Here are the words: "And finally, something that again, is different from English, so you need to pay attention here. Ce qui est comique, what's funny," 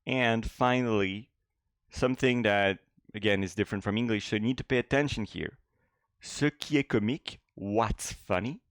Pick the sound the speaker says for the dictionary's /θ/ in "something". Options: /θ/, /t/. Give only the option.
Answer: /θ/